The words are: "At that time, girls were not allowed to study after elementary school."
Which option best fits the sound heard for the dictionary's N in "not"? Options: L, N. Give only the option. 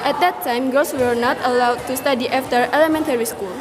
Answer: N